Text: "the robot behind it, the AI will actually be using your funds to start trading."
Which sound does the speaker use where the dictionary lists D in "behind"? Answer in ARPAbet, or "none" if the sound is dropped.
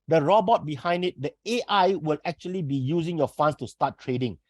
D